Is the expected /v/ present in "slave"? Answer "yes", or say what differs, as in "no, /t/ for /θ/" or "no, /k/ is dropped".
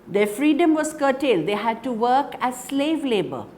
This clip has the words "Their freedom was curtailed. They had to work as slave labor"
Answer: yes